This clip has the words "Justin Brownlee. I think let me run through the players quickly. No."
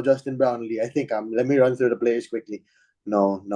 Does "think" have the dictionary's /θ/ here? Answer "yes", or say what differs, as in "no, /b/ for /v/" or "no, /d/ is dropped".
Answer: no, /t/ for /θ/